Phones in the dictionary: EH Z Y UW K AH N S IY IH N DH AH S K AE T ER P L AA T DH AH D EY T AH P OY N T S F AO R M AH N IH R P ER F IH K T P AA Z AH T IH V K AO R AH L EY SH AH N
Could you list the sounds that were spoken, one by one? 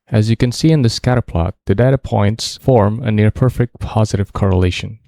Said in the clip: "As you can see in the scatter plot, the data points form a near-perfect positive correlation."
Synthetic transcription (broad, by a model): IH Z Y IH K AH N S IY IH N DH AH S K AE T ER P L AA T DH AH D EY T AH P OY N T S F AO R M AH N IH R P ER F IH K T P AA Z AH T IH V K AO R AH L EY SH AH N